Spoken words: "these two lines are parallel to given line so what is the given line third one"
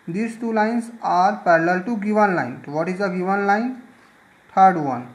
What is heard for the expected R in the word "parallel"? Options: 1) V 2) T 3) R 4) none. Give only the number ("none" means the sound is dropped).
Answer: 3